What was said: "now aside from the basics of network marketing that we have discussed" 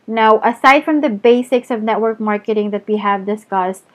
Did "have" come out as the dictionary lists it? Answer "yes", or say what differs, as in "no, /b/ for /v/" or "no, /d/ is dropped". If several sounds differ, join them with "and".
yes